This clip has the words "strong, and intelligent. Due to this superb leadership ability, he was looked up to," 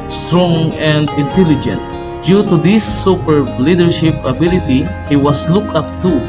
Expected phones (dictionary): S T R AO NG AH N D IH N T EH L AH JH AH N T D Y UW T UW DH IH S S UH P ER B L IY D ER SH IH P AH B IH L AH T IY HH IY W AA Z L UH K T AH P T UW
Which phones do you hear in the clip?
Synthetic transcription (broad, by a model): S T R AO NG AH N D IH N T EH L AH JH AH N T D Y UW T UW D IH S S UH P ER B L IY D ER SH IH P AH B IH L AH T IY HH IY W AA S L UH K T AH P T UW